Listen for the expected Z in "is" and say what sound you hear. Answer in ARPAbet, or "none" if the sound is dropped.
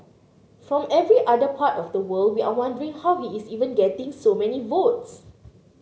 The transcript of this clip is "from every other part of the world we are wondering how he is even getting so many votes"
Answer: S